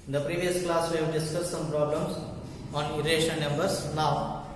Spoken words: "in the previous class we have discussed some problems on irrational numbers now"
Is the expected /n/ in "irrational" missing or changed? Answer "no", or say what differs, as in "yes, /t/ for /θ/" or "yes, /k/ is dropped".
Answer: yes, /n/ is dropped